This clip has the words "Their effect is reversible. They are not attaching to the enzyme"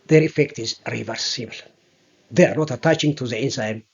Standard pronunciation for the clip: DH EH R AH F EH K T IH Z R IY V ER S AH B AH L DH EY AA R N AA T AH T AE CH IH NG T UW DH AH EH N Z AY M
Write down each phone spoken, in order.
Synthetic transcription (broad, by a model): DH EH R AH F EH K T IH Z R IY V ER S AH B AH L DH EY AA R N AA T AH T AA CH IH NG T UW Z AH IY N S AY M